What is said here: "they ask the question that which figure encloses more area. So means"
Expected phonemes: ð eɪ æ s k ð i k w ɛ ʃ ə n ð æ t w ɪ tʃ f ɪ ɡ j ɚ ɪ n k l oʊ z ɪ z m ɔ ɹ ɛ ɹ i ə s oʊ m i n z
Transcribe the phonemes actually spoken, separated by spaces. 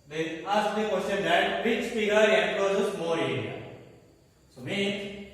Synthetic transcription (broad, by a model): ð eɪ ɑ s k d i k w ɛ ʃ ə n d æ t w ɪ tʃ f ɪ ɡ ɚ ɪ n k oʊ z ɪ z m ɔ ɹ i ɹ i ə s oʊ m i